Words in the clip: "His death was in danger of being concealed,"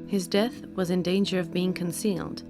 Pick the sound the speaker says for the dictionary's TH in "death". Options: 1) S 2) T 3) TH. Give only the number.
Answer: 3